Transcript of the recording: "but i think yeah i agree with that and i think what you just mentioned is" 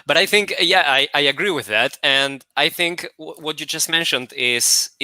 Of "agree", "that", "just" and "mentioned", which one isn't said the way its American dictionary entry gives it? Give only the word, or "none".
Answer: none